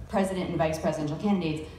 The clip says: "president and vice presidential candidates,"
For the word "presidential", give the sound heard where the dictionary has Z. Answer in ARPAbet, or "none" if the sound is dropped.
Z